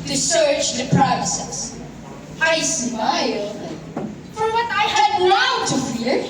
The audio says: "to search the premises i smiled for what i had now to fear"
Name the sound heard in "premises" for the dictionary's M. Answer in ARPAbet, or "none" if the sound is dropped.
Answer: none